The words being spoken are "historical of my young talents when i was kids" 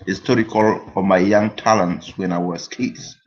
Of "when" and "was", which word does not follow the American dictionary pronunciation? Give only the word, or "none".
was